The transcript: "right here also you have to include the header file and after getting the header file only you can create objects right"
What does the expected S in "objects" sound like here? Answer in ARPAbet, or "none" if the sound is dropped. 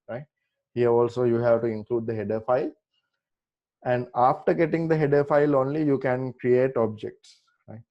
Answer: S